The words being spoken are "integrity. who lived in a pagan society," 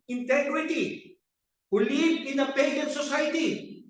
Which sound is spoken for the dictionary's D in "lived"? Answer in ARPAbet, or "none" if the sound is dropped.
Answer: none